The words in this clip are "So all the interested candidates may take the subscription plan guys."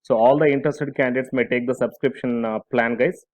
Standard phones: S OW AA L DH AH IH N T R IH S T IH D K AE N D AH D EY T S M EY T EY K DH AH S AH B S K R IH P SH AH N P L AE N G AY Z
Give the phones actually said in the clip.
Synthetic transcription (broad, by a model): S OW AA L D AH IH N T R IH S T IH D K AE N D AH D EY T S M EY T EY K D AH S AH B S K R IH P SH AH N P L AE N G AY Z